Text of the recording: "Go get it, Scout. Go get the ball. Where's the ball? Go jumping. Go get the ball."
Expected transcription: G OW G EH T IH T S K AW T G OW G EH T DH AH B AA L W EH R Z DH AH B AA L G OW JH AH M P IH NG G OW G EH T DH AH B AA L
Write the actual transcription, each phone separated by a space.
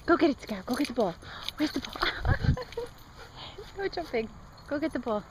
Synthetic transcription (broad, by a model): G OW G EH T IH T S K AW G OW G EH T DH AH B AA L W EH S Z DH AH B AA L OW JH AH P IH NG G OW G EH T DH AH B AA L